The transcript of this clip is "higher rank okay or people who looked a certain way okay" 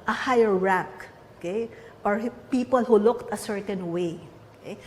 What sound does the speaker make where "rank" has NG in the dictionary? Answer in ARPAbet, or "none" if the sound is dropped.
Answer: none